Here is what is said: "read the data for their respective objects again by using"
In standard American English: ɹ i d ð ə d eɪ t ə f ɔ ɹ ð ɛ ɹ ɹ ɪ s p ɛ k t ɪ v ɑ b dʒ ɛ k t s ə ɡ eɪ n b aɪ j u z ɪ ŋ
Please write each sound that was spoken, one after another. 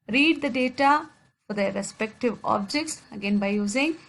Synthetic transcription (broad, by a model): ɹ i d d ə d eɪ t ə f ɔ ɹ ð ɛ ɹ ɹ ɪ s p ɛ k t ɪ v ɑ b dʒ ɛ k t s ə ɡ eɪ n b aɪ j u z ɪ ŋ